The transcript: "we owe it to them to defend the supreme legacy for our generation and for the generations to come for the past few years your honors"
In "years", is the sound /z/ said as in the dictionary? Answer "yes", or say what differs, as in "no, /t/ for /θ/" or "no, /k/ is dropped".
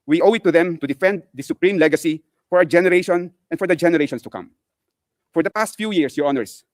no, /s/ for /z/